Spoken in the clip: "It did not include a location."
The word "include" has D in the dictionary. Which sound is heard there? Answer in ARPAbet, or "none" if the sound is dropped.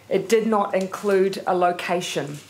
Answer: D